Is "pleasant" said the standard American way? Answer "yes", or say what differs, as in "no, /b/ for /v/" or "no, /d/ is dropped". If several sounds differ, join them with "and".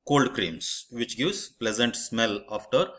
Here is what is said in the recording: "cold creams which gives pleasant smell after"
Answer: yes